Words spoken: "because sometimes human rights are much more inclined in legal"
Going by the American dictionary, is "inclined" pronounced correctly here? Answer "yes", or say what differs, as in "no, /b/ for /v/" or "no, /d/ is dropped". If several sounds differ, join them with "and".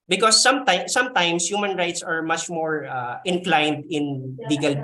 yes